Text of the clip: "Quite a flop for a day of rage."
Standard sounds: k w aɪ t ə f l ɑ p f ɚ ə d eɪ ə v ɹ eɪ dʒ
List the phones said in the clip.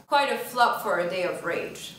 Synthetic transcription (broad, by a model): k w aɪ t ə f l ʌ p f ɚ ə d eɪ ə v ɹ eɪ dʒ